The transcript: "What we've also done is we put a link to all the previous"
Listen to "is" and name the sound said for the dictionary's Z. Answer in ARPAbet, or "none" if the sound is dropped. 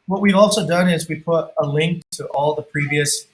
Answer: Z